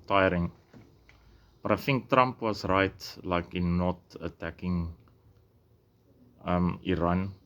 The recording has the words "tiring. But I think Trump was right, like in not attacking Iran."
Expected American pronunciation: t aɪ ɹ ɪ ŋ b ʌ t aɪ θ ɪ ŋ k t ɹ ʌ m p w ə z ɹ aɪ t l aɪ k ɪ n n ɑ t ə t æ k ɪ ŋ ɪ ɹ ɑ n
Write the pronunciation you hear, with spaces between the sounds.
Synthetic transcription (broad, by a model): t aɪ ɹ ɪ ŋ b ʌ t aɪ f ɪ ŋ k t ɹ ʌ m p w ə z ɹ aɪ t l aɪ k ɪ n n ɑ t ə t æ k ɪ ŋ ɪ ɹ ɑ n